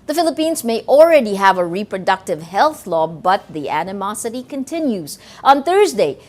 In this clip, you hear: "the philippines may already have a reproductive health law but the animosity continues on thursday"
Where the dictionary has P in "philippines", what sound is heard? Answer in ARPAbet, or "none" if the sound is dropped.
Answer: P